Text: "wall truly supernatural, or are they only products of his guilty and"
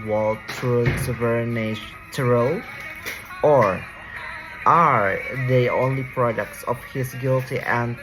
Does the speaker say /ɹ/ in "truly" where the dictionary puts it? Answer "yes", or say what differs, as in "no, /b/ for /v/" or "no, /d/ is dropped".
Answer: no, /ɹ/ is dropped